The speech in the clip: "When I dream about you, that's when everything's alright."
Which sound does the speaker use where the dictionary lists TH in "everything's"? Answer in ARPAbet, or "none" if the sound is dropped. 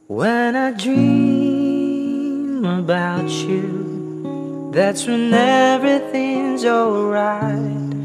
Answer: TH